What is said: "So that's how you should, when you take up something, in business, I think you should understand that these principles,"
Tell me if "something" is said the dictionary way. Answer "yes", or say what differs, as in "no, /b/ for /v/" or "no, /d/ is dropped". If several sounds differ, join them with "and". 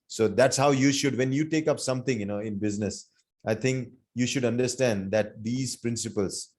no, /t/ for /θ/